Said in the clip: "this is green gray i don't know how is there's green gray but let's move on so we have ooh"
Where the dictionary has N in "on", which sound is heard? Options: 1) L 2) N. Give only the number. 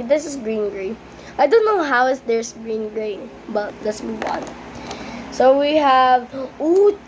2